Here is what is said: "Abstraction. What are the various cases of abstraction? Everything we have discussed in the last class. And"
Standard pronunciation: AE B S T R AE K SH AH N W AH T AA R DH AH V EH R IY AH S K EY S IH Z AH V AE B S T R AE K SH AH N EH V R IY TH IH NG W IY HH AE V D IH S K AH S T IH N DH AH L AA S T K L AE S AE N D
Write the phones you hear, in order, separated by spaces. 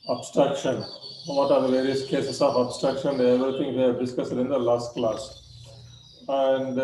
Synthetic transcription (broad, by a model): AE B S T R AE K SH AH N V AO T AA R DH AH V EH R IY AH S K EY S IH S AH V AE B S T R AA K SH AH N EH V R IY T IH NG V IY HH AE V D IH S K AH S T IH N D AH L AA S T K L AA S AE N D